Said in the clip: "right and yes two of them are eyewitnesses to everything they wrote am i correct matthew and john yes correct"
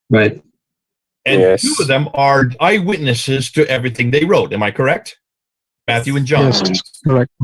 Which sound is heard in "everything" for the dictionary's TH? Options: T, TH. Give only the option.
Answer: TH